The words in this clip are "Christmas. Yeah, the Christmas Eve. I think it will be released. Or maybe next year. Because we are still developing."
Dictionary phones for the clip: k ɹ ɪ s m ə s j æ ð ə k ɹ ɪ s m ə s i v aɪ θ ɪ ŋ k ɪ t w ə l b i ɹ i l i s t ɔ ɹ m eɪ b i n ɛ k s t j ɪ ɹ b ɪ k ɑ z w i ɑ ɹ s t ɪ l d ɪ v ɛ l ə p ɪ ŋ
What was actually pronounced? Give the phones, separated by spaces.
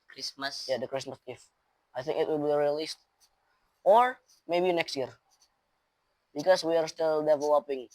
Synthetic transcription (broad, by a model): k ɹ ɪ s m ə s j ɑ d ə k ɹ ɪ s m ə s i f aɪ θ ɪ ŋ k ɪ t w ə l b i ɹ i l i s t ɔ ɹ m eɪ b i n ɛ k s t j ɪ ɹ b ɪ k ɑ s w i ɑ ɹ s t ɪ l d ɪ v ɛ l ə p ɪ ŋ